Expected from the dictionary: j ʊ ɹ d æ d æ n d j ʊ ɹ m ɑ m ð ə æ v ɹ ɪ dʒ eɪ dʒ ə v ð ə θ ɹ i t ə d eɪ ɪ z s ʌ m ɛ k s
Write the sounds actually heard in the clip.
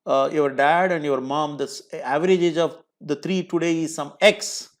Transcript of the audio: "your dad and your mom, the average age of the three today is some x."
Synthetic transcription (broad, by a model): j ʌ ɹ d æ d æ n d j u ɹ m ɑ m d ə æ v ɹ ɪ dʒ eɪ dʒ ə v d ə t ɹ i t ə d eɪ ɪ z s ʌ m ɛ k s